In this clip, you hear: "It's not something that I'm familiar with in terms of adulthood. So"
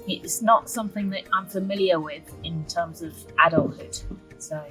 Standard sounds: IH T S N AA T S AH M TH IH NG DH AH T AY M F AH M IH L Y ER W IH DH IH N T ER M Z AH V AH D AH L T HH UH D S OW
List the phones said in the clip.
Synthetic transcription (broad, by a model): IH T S N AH T S AH M TH IH NG DH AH T AY M F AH M IH L Y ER W IH DH IH N T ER M Z AH V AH D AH L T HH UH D S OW